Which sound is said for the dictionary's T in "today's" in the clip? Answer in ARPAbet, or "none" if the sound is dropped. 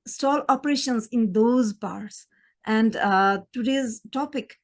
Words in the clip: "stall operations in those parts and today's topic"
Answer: T